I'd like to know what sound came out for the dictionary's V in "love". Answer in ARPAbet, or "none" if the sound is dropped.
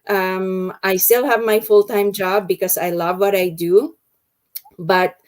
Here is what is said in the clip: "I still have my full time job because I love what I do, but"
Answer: V